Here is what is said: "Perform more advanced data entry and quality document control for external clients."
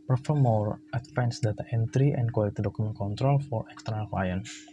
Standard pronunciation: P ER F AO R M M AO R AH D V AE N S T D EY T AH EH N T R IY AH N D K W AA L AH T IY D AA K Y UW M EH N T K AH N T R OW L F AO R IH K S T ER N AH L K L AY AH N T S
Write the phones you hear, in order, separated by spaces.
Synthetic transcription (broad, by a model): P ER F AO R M M AO R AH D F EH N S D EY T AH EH N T R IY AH N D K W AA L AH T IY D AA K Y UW M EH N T K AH N T R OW L F AO R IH K S T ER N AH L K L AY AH N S